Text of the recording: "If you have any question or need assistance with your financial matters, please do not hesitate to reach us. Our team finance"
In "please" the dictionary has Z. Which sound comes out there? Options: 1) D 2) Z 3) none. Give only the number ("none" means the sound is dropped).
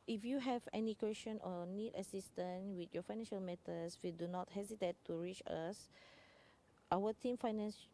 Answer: 3